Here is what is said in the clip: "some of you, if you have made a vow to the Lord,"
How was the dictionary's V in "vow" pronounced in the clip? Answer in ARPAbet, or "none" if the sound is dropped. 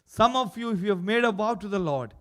B